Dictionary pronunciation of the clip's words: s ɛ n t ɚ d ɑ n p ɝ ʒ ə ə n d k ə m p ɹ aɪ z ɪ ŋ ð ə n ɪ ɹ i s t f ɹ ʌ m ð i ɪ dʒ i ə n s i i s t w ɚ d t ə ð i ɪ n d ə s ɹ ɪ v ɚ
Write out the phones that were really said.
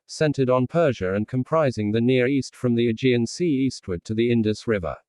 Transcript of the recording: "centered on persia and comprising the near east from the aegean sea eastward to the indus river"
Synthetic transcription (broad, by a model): s ɛ n t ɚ d n p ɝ ʒ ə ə n k ə m p ɹ aɪ z ɪ ŋ ð ə n ɪ ɹ i s t f ɹ ʌ m ð i ɪ dʒ i ə n s i i s t w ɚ d t ə ð i ɪ n d ə s ɹ ɪ v ɚ